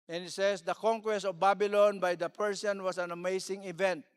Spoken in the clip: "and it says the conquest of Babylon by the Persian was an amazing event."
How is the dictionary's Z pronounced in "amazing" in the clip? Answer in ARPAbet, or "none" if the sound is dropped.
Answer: S